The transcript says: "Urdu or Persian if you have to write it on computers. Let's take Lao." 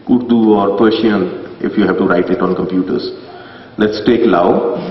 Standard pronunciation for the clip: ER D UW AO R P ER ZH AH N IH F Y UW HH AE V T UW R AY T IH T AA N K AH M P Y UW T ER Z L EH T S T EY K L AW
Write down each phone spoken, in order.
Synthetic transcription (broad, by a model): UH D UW AO R P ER SH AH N IH F Y UW HH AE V T UW R AY T IH T AA N K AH M P Y UW T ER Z L EH T S T EY K L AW